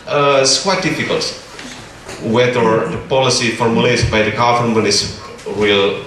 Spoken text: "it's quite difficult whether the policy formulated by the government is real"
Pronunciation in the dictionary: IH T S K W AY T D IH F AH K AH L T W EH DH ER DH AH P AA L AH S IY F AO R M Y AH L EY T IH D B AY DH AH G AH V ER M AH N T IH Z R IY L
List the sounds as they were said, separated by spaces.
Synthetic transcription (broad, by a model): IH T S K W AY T D IH F AH K AH L T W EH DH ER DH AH P AA L AH S IY F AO R M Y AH L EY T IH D B AY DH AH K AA F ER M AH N IH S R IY L